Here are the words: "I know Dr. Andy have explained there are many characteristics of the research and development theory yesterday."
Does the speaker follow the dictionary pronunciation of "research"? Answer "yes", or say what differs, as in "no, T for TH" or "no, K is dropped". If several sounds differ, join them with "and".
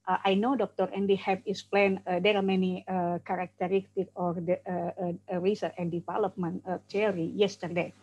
no, CH is dropped